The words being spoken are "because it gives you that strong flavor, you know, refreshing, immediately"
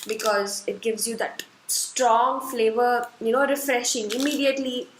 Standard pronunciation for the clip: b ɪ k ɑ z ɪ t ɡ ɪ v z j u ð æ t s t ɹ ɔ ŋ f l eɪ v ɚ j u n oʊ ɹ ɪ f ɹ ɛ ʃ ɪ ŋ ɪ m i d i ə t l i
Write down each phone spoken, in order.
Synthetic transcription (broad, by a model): b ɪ k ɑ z ɪ t ɡ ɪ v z j u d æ t s t ɹ ɔ ŋ f l eɪ v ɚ j u n oʊ ɹ ɪ f ɹ ɛ ʃ ɪ ŋ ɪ m i d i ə t l i